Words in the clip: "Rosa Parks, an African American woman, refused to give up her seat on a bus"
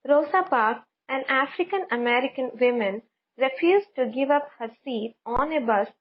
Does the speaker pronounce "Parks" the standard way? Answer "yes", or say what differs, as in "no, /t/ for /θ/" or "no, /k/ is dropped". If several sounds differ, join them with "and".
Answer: no, /s/ is dropped